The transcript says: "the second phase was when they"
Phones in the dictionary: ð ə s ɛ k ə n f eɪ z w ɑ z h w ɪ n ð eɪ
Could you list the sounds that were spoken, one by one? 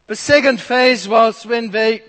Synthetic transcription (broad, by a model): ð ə s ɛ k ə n f eɪ z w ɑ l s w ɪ n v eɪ